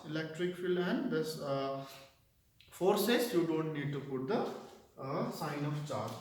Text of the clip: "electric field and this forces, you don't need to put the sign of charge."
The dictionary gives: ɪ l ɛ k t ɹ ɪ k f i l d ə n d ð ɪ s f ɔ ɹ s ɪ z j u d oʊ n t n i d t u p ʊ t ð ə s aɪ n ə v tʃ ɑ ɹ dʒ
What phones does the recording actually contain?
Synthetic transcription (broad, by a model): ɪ l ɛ k t ɹ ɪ k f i l ə n d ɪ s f ɔ ɹ s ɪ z j u d oʊ n t n i d t u p ʊ t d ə s aɪ n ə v tʃ ɑ ɹ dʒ